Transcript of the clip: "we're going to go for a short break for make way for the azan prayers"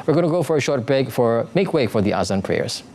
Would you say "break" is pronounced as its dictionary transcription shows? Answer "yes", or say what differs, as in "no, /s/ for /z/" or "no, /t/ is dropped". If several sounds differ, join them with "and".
no, /ɹ/ is dropped